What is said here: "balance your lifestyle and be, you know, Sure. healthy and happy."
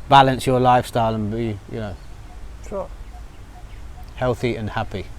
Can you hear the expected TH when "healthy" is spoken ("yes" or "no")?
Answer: yes